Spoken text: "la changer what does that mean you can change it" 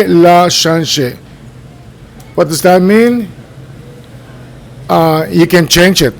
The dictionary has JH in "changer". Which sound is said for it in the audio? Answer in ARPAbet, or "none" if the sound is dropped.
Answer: SH